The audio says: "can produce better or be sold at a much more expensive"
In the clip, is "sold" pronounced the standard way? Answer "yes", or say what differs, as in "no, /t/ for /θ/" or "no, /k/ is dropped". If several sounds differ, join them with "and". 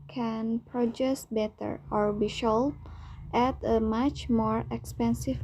no, /ʃ/ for /s/